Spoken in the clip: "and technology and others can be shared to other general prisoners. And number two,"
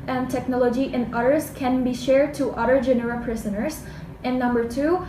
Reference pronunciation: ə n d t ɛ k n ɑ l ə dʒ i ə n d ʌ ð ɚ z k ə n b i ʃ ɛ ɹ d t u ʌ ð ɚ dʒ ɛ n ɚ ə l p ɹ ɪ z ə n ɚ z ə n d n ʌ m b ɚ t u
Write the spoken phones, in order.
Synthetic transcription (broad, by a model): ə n t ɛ k n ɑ l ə dʒ i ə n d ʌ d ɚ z k ə n b i ʃ ɛ ɹ d t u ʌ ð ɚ dʒ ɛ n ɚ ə p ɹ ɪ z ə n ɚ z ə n n ʌ m b ɚ t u